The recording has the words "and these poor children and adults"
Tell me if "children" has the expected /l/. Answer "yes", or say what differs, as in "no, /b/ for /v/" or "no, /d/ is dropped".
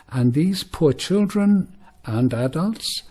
yes